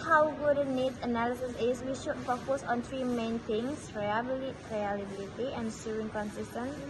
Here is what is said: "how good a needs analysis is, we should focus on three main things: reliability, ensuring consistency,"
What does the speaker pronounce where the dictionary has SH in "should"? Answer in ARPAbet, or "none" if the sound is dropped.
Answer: SH